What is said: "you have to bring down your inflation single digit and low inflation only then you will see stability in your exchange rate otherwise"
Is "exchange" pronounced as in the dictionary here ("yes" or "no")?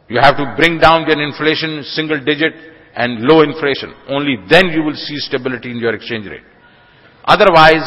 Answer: yes